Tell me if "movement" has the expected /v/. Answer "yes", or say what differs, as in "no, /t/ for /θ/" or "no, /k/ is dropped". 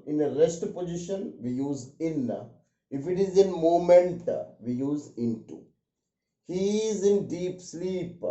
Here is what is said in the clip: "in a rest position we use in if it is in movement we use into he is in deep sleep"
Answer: no, /v/ is dropped